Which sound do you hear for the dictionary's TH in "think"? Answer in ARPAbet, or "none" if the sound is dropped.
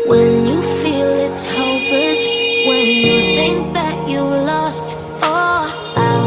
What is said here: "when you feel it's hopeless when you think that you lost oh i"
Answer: TH